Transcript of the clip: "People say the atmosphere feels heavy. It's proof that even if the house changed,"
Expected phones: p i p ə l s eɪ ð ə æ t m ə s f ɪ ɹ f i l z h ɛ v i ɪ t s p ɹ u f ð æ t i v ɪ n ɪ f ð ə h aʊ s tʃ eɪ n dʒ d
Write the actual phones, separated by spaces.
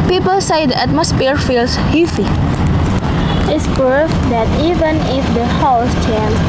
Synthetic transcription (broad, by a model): p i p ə l s eɪ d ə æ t m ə s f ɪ ɹ f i l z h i f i ɪ t s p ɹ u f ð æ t i v ɪ n ɪ f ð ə h aʊ s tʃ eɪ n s